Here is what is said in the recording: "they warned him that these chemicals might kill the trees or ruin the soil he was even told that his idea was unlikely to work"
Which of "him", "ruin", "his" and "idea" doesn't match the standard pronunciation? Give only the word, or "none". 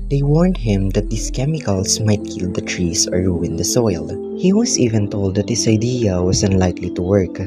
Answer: his